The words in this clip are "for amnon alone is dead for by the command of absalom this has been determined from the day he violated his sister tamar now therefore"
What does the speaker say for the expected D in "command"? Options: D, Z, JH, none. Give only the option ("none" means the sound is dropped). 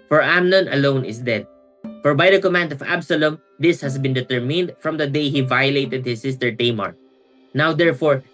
D